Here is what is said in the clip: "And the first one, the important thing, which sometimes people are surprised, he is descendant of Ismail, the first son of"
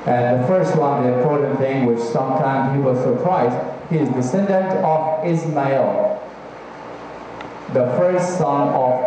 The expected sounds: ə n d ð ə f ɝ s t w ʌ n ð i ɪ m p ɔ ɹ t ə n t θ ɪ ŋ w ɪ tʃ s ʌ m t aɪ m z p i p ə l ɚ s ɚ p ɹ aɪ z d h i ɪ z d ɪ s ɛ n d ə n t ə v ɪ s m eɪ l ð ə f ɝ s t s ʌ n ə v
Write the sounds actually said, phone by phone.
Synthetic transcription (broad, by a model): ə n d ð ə f ɝ s t w ʌ n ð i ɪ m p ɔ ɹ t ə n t θ ɪ ŋ w ɪ tʃ s ʌ m t aɪ m z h i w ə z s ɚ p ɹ aɪ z h i ɪ z d ɪ s ɛ n d ə n t ə v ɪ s m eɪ l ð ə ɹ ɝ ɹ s s ʌ n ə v